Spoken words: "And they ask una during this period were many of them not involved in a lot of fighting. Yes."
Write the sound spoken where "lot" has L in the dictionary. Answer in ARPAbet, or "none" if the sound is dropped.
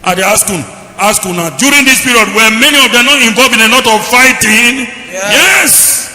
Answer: N